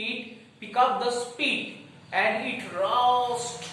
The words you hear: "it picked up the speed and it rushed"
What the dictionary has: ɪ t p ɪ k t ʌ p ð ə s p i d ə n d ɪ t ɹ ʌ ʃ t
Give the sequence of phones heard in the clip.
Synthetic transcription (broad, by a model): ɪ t p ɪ k ʌ p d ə s p i d ə n d ɪ t ɹ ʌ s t